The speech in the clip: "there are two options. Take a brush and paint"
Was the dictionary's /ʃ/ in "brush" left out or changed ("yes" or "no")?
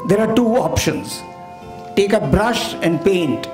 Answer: no